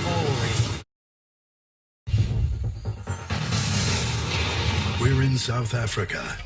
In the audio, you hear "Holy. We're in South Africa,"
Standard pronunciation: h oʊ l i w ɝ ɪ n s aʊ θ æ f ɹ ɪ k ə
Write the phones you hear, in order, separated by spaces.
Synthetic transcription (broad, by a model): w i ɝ ɪ n s aʊ θ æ f ɹ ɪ k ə